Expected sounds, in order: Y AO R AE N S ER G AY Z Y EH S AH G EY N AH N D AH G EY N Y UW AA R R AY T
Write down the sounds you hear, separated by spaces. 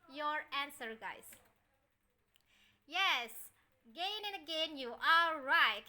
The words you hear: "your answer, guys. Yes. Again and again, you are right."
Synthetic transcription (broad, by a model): Y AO R AE N S ER G AY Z Y EH S G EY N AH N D AH G EY N Y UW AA L R AY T